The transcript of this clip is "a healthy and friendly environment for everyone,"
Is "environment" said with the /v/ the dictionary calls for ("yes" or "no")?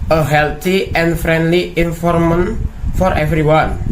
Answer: no